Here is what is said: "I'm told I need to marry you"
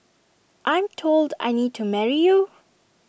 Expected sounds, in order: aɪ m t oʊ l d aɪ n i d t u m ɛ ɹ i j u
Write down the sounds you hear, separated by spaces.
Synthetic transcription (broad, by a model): aɪ m t oʊ l d aɪ n i d t u m ɛ ɹ i j u